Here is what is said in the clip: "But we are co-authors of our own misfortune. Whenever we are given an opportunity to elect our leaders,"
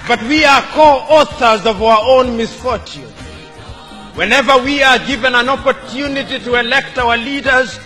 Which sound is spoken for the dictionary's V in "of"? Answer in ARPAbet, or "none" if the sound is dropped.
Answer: V